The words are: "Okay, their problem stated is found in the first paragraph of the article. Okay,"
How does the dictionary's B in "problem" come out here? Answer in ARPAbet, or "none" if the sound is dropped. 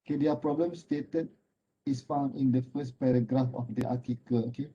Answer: B